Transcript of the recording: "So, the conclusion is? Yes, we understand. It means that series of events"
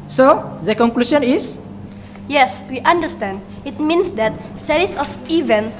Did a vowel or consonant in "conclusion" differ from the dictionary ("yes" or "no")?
yes